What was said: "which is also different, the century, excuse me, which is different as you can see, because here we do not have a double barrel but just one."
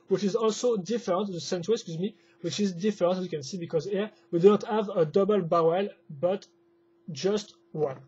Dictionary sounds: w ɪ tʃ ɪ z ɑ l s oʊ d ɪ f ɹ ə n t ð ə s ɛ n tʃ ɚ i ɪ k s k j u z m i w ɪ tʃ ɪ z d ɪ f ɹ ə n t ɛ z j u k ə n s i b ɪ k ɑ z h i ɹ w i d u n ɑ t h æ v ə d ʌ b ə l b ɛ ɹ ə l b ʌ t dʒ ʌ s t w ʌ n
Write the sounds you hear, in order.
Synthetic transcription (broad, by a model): w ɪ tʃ ɪ z ɑ l s oʊ d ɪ f ɹ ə n t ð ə s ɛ n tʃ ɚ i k s k j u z m i w ɪ tʃ ɪ z d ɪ f ɹ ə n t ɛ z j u k ə n s i b ɪ k ɑ z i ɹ w i d u n ɑ t h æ v ə d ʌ b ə l b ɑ w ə l b ʌ t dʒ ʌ s t w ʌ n